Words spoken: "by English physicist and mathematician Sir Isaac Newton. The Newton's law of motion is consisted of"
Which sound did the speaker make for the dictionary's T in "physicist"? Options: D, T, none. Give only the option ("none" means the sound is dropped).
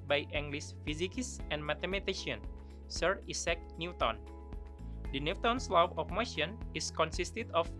none